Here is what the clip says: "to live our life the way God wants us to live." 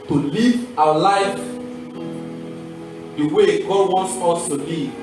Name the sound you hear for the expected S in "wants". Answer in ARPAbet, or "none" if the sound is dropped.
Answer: S